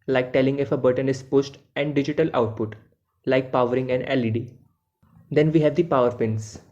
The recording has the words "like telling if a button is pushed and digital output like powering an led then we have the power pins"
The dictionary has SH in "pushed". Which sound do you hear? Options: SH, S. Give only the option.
S